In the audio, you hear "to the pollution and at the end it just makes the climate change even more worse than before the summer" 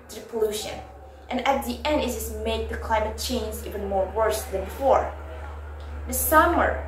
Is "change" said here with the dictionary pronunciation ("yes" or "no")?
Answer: no